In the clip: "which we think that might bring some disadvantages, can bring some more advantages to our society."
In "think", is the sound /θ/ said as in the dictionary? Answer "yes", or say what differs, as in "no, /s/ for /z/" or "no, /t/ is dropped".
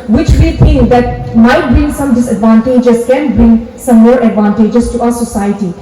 no, /t/ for /θ/